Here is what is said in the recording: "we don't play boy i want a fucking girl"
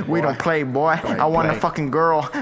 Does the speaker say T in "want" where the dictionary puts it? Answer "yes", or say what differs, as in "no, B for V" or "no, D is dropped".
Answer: no, T is dropped